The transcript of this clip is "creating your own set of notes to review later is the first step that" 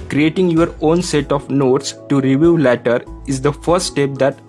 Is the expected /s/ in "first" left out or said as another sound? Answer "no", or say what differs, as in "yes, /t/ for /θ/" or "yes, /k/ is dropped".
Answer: no